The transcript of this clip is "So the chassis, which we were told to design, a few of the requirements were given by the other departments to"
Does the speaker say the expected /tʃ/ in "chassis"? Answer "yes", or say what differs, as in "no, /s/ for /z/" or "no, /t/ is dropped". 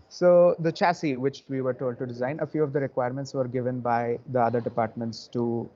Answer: yes